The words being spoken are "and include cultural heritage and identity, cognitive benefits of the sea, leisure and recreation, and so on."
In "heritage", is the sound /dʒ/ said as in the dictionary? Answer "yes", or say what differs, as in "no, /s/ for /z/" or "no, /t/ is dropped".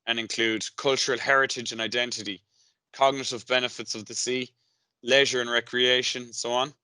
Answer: yes